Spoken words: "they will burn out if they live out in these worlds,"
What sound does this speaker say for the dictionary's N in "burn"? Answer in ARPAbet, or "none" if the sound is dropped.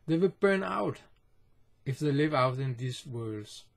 N